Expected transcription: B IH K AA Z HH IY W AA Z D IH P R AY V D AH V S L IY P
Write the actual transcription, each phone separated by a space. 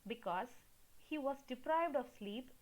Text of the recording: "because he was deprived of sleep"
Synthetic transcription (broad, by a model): B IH K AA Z HH IY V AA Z D IH P R AY V D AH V S L IY P